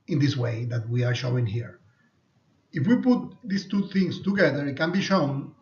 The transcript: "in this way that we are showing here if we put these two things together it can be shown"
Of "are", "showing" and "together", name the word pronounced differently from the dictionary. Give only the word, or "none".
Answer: none